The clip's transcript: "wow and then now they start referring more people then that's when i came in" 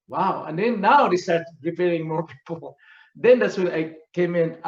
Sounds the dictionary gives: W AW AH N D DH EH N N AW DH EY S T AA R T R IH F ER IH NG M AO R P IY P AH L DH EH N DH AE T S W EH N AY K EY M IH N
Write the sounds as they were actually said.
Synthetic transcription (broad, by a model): W AW AH N D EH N N AW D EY S T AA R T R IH P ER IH NG M AO R P IY P AH L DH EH N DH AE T S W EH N AY K EY M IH N